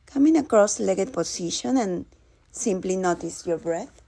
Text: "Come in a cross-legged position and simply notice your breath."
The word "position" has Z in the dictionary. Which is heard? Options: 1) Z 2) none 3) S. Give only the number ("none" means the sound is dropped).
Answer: 3